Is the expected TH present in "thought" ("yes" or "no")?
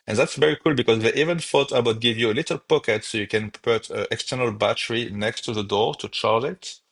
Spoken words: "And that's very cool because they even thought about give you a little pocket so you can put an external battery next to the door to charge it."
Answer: no